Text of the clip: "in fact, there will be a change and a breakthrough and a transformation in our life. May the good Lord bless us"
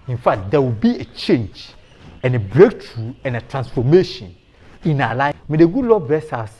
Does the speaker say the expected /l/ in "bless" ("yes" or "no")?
no